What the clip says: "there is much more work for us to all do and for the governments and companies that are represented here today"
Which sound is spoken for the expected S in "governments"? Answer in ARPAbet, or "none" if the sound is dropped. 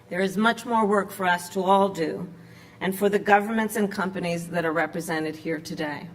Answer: S